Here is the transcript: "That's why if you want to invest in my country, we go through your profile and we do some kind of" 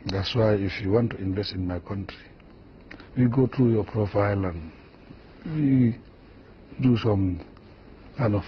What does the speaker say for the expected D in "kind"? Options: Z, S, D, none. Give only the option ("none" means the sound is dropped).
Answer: none